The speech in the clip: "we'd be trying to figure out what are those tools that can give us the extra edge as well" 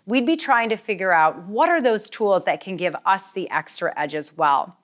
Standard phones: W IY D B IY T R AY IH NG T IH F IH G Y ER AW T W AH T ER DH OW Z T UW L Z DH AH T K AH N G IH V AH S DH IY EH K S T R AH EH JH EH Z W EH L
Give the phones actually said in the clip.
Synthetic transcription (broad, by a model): W IY D B IY T R AY IH NG T IH F IH G Y ER AW T W AH T ER DH OW Z T UW L Z DH AH T K AH N G IH V AH S DH IY EH K S T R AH EH JH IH Z W EH L